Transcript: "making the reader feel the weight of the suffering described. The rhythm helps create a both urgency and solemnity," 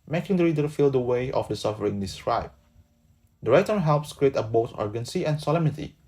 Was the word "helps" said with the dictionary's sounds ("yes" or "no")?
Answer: yes